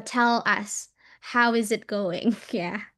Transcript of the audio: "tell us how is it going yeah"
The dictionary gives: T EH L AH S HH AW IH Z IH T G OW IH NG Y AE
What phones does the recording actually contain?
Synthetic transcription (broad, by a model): T EH L AH S HH AW IH Z IH T G OW IH NG Y AE